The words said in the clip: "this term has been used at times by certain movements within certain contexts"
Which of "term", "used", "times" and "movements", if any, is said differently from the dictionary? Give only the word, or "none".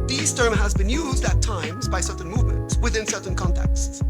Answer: none